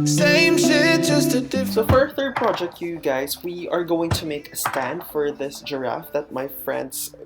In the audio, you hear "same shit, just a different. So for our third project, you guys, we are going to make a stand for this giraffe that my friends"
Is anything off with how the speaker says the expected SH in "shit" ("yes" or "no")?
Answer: yes